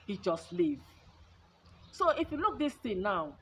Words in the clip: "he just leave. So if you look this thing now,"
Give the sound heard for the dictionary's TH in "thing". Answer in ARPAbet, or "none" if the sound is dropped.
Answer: T